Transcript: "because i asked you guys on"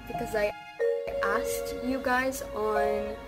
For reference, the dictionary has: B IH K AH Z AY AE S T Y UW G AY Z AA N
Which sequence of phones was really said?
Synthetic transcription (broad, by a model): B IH K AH Z AY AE S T Y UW G AY Z N